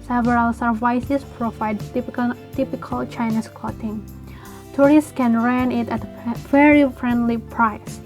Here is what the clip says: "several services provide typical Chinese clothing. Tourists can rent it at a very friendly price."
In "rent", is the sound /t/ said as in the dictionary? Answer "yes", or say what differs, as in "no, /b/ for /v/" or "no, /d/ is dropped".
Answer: no, /t/ is dropped